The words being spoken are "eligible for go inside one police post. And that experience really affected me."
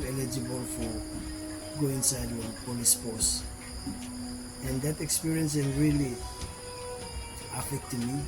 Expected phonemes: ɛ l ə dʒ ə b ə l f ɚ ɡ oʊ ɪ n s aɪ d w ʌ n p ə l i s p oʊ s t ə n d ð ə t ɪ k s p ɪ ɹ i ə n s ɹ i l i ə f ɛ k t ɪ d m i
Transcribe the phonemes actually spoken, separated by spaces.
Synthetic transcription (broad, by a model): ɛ l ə dʒ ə b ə l f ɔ ɡ oʊ ɪ n s aɪ d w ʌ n p ə l i s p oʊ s ə n d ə t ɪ k s p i ɹ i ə n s ɹ i l i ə f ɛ k t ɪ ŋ m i